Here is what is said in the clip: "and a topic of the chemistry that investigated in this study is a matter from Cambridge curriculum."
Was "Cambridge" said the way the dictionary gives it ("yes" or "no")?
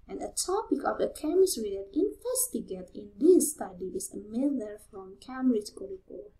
no